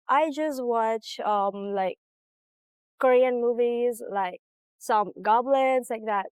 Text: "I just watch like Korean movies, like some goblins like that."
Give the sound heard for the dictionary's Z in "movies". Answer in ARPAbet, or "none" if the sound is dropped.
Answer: Z